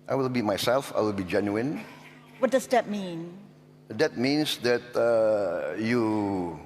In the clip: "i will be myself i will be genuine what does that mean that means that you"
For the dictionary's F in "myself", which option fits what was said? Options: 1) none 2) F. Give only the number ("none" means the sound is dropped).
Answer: 2